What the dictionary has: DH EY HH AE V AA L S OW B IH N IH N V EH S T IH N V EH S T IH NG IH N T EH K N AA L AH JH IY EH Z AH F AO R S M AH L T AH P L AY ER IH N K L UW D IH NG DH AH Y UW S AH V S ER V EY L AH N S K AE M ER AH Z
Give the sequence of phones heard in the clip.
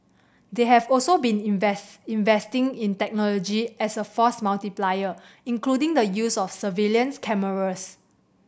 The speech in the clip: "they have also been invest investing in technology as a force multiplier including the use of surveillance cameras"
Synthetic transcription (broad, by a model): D EY HH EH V AA L S OW B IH N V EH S IH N V EH S T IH NG IH N T EH K N AA L AH JH IY EH S AH F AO S M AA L T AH P L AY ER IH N K L UW D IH NG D AH Y UW S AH F S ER V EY L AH N S K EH M ER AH S